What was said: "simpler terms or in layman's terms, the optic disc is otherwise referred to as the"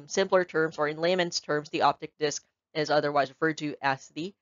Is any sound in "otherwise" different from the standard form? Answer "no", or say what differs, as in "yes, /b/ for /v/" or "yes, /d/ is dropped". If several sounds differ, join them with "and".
no